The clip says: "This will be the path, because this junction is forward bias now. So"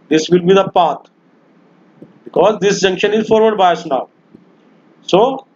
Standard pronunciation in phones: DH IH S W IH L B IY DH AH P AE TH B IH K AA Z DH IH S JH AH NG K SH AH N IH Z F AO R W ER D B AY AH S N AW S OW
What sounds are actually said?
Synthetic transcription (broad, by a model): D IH S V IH L B IY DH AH P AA T B IH K AA Z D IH S JH AH NG K SH AH N IH Z F AO R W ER D B AY AH S N AW S OW